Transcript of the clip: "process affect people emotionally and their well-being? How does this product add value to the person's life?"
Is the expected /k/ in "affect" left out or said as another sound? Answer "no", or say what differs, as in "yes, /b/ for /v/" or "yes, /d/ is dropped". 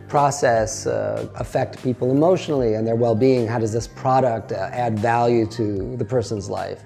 no